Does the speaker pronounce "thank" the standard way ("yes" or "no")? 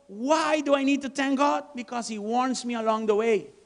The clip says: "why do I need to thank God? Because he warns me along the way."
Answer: no